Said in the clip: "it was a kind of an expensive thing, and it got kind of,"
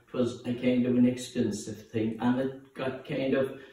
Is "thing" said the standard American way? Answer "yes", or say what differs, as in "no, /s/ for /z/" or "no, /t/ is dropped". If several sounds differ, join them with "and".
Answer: yes